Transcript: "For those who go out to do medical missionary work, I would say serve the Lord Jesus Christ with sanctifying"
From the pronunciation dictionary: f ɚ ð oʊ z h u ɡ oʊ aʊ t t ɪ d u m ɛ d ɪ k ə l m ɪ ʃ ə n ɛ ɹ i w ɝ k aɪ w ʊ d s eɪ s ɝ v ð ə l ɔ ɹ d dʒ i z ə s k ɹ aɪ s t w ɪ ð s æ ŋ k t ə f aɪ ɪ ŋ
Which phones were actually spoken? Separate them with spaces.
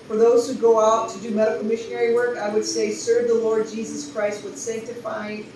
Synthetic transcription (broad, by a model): f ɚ ð oʊ z h u ɡ oʊ aʊ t t ɪ d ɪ m ɛ d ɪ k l m ɪ ʃ ə n ɛ ɹ i w ɝ k aɪ w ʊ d s eɪ s ɝ v ð ə l ɔ ɹ d dʒ i z ə s k ɹ aɪ s t w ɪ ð s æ ŋ k t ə f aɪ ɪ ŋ